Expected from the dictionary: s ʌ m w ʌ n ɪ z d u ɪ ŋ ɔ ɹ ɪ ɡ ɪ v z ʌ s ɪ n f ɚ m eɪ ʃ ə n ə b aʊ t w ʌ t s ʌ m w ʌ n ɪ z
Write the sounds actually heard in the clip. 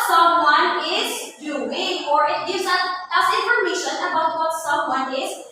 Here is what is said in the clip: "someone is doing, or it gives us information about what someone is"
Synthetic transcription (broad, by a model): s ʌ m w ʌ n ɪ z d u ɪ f ɔ ɹ ɪ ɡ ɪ z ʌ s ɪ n f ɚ m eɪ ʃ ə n ə b aʊ t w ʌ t s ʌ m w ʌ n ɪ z